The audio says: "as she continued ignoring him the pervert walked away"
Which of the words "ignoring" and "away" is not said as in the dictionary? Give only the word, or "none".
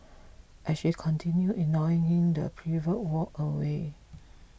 ignoring